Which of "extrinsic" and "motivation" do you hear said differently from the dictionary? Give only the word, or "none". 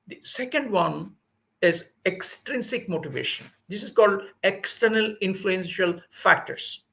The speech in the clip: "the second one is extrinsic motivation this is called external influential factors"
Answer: none